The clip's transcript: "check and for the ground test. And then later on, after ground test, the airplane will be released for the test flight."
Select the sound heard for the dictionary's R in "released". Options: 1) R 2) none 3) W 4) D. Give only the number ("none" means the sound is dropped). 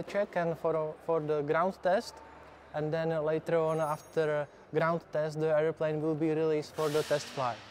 1